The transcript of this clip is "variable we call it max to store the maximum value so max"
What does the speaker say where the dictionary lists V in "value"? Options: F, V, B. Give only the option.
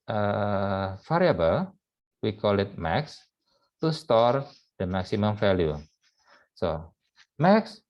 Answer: F